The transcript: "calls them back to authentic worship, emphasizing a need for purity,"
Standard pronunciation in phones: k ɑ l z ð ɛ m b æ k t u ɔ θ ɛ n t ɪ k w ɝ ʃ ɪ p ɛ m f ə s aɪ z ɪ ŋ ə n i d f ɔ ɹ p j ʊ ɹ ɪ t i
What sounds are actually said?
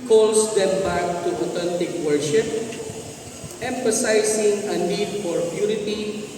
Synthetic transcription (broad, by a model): k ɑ l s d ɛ m b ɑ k t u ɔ t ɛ n t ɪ k w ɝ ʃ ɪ p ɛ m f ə s aɪ s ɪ ŋ ə n i d f ɔ ɹ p j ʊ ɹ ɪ t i